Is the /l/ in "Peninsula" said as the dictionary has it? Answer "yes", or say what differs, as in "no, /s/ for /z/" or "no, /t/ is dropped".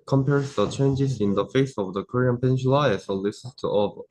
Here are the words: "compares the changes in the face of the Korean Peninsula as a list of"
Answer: no, /l/ is dropped